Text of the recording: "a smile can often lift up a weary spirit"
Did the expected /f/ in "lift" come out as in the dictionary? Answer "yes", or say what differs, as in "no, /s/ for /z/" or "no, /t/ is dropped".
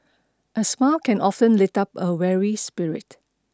no, /f/ is dropped